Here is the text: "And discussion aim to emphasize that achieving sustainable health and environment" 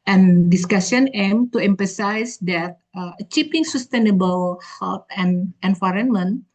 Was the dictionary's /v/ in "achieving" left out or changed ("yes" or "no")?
yes